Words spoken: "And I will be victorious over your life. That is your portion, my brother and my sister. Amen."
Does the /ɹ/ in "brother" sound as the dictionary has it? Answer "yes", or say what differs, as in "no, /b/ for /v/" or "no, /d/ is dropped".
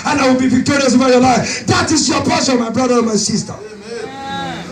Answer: yes